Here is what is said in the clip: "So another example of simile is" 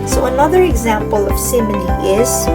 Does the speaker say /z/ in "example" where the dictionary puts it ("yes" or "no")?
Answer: yes